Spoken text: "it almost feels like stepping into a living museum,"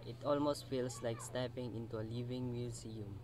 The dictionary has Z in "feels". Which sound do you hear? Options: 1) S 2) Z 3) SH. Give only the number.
1